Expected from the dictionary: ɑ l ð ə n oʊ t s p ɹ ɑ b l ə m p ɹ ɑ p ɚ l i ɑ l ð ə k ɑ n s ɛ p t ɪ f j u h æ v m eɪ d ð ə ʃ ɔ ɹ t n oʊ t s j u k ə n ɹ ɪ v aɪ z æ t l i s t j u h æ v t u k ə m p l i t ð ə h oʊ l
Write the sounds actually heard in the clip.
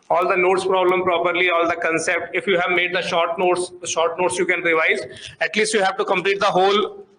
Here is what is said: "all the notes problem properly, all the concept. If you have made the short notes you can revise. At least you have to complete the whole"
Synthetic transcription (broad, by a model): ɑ l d ə n oʊ t s p ɹ ɑ b l ə m p ɹ ɑ p ɚ l i ɑ l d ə k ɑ n s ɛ p t ɪ f j u h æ v m eɪ d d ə ʃ ɔ ɹ t n oʊ t s j u k ə n ɹ ɪ v aɪ z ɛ t l i s t j u h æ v t u k ə m p l i t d ə h oʊ l